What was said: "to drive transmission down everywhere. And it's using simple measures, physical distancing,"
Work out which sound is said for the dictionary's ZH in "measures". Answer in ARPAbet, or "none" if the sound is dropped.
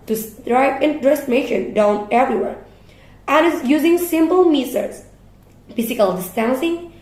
S